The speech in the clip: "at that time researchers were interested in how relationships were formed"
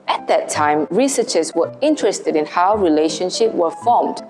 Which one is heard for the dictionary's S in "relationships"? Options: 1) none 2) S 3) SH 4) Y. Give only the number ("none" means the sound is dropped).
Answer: 1